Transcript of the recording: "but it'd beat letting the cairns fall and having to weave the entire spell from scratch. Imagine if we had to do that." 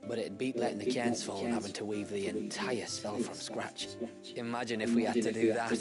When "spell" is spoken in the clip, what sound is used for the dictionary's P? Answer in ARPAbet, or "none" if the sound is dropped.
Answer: F